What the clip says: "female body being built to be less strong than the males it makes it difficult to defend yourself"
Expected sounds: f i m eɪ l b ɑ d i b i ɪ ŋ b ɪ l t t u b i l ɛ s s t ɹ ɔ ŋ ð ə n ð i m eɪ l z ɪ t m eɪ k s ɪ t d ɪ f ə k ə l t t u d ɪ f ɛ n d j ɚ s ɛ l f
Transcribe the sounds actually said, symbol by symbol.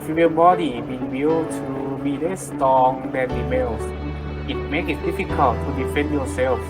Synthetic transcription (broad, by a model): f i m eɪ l b ɑ d i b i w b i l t t u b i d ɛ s s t ɔ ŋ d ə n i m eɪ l s ɪ t m eɪ k s ɪ t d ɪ f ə k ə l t t u d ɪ f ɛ n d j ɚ s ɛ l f